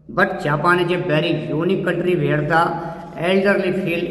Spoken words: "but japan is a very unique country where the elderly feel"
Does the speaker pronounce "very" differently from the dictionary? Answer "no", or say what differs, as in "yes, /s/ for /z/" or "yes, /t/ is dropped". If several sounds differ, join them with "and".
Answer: yes, /b/ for /v/